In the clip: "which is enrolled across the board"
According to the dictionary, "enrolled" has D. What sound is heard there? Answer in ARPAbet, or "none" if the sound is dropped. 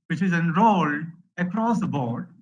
none